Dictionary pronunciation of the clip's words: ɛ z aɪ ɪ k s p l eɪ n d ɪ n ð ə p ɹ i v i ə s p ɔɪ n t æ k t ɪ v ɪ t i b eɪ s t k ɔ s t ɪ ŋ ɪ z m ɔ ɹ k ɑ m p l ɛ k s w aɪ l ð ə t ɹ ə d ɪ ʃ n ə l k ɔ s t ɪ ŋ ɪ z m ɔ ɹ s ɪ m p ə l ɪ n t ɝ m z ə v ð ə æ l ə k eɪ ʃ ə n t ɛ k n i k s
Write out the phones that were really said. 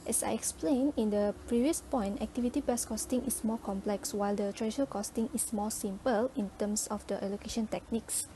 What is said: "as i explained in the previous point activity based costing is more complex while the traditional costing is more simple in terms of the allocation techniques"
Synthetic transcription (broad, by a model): ɛ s aɪ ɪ k s p l eɪ n ɪ n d ə p ɹ i v i ə s p ɔɪ n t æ k t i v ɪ t i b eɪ s k ɔ s t ɪ ŋ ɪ s m ɔ k ɑ m p l ɛ k s w aɪ l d ə t ɹ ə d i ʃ ə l k ɔ s t ɪ ŋ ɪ s m ɔ s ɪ m p ə l ɪ n t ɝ m s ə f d ə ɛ l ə k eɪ ʃ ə n t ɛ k n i k s